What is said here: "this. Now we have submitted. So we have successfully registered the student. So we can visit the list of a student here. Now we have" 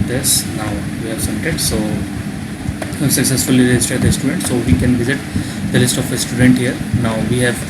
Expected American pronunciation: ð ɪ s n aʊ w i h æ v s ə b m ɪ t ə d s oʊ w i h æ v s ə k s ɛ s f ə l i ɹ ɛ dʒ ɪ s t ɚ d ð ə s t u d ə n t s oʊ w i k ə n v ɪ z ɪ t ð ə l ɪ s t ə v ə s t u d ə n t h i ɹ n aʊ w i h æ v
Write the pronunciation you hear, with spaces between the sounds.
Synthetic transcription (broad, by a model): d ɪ s n aʊ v i h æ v s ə m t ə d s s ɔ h s ə k s ɛ s f ə l i ɹ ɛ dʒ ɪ s t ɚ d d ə s t u d ə n t s oʊ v i k ə n v ɪ z ɪ t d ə l ɪ s t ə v ə s t u d ə n t h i ɹ n aʊ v i h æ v